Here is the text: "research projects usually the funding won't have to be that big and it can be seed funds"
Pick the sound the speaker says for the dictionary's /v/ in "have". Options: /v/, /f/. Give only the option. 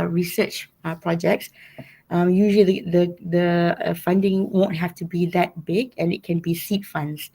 /f/